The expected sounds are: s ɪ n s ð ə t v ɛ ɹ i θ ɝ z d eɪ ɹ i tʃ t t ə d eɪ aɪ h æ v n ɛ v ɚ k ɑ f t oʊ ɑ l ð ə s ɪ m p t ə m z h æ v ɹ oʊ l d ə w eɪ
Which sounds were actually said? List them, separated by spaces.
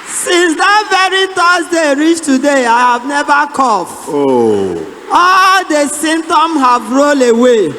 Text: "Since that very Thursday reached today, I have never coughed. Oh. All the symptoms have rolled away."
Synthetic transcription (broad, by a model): s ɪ n s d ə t v ɛ ɹ i t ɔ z d eɪ ɹ i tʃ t t ə d eɪ aɪ h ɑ v n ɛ v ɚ k ɑ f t oʊ ɑ l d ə s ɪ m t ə m h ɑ v ɹ oʊ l ə w eɪ